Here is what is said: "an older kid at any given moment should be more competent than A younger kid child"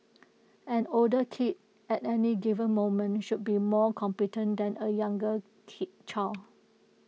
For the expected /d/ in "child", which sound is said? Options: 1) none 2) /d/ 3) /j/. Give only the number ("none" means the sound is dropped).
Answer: 1